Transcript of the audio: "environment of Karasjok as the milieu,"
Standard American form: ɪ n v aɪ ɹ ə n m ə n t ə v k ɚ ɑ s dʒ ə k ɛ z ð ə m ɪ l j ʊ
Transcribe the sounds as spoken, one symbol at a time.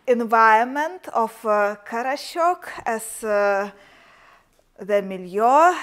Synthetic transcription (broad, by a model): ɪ n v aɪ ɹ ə m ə n t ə f k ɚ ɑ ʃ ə k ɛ s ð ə m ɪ l j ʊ